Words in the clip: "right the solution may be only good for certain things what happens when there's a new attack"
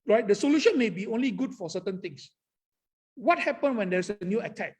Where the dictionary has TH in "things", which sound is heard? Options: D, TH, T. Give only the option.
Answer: T